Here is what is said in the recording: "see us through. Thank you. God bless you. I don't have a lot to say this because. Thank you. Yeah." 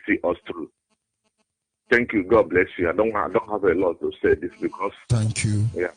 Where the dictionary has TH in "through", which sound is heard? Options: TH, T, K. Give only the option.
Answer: T